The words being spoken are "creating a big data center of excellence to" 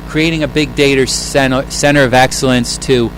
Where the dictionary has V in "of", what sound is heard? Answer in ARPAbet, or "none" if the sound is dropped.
V